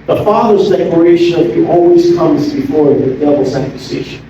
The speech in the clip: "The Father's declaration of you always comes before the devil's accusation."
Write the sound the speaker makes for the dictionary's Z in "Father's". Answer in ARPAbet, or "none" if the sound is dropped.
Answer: Z